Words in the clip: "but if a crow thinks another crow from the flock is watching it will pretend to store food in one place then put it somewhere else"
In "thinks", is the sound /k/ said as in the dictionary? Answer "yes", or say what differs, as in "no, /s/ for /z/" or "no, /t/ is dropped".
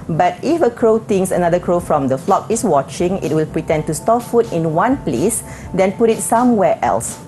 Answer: no, /k/ is dropped